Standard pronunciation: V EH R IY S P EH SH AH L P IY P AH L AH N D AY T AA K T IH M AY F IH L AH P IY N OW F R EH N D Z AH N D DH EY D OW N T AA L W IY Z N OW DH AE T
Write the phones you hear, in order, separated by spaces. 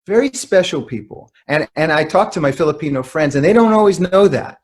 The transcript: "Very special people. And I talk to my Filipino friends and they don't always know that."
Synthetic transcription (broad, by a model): V EH R IY S P EH SH L P IY P L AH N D AY T AA K T IH M AY F IH L AH P IY N OW F R EH N D Z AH N DH EY D OW N T AA L W IY Z N OW DH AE T